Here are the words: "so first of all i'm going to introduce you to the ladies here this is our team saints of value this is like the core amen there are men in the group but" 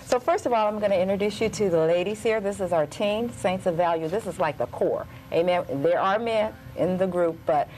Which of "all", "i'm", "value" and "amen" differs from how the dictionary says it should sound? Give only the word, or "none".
none